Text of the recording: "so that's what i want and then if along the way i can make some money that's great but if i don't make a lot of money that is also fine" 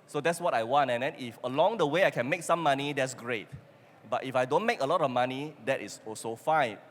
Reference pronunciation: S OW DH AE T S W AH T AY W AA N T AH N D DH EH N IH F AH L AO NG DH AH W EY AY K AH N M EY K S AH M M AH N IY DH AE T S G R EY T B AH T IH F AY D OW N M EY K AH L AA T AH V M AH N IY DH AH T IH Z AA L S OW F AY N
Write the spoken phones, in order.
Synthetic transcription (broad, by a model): S OW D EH T S W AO T AY W AA N T AH N D EH N IH F AH L AO NG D AH W EY AY K AH N M EY K S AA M M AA N IY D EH T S G R EY T B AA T IH F AY D OW N M EY K AH L AA T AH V M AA N IY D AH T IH S AA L S OW F AY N